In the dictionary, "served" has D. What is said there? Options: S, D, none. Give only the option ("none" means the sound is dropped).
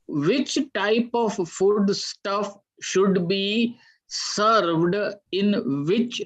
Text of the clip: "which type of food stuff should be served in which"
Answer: D